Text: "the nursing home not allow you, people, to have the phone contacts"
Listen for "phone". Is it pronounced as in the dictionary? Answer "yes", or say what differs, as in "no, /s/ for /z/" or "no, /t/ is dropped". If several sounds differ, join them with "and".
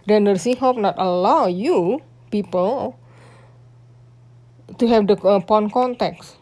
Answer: no, /p/ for /f/